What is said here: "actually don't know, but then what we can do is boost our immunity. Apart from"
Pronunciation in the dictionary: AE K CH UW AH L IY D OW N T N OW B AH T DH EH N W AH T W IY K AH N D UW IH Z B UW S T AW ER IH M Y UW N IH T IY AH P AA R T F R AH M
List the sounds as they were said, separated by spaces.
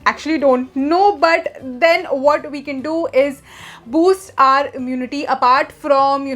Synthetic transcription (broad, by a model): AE K CH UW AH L IY D OW N T N OW B AH T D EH N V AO T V IY K AH N D UW IH Z B UW S T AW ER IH M Y UW N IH T IY AH P AA R T F R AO M